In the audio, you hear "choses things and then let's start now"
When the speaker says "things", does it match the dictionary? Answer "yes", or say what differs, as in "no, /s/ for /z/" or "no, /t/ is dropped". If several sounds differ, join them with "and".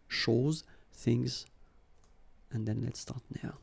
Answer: yes